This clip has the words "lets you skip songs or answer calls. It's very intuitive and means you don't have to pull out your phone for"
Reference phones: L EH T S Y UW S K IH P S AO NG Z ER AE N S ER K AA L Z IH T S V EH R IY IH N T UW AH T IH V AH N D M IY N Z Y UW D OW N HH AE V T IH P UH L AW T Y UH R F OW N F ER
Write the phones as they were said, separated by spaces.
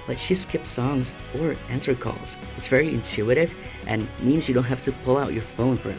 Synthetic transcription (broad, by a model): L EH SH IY S K IH P S AO NG Z ER AE N S ER K AA L Z IH T S V EH R IY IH N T UW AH T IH V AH N M IY N Z Y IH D OW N HH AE F T IH P UH L AW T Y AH R F OW N F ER